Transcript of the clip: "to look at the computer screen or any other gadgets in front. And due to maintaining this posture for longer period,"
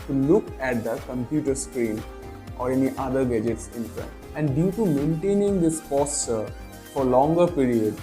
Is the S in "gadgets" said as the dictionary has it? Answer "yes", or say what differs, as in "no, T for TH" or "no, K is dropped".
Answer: yes